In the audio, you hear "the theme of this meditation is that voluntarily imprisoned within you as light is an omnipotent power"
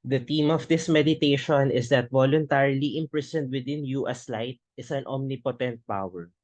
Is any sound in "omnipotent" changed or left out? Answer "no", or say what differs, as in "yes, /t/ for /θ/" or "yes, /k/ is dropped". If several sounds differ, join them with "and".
no